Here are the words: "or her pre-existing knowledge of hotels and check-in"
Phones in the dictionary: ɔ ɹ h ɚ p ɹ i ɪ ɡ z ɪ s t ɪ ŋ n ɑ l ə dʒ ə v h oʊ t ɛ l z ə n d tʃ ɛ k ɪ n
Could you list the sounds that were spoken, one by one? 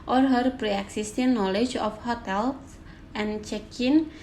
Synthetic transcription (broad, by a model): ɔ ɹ h ɚ p ɹ i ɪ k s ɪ s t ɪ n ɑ l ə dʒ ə f h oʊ t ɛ l ə n tʃ ɛ k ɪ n